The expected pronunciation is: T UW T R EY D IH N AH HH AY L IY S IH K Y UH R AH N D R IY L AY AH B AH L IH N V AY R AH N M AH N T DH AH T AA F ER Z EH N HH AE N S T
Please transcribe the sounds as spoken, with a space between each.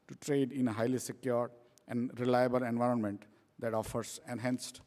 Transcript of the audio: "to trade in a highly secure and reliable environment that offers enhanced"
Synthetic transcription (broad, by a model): T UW T R EY D IH N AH HH AY L IY S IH K Y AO R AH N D R IY L AY AH B AH L IH N V AY R AH N M AH N T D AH T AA F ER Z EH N HH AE N S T